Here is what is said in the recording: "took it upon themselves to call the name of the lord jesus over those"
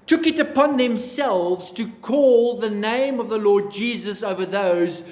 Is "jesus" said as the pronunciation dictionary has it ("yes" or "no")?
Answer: yes